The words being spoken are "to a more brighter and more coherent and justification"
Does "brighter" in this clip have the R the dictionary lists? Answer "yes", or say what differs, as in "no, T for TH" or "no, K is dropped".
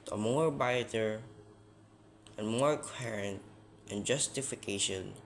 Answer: no, R is dropped